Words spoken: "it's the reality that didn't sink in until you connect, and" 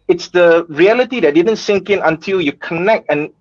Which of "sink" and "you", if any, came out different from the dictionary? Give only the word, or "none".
none